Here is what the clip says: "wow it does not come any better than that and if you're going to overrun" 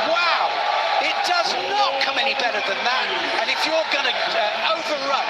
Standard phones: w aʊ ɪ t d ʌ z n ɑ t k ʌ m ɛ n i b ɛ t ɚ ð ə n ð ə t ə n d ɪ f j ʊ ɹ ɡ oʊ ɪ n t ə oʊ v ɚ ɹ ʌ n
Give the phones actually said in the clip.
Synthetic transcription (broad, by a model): w aʊ ɪ t d ʌ z n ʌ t k ʌ m ɛ n i b ɛ t ɚ ð ə n ð ə t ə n ɪ f j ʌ ɹ ɡ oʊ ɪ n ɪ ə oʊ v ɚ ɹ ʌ